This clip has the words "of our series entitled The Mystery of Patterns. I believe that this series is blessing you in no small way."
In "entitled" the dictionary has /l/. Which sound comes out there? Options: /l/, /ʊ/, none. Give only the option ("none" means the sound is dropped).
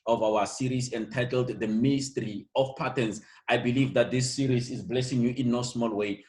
/l/